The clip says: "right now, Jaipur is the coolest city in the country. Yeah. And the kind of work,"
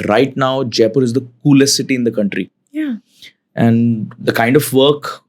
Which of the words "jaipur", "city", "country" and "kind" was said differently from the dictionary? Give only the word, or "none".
none